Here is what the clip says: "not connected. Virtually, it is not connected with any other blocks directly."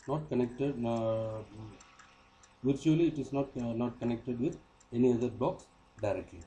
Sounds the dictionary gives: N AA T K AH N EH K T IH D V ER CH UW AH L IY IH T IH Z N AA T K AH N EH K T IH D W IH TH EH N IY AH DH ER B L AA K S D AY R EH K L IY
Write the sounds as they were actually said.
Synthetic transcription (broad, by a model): N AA T K AH N EH K T IH D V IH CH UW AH L IY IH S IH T N AA T K AH N EH K T IH D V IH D EH N IY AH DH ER B AA K S D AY R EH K L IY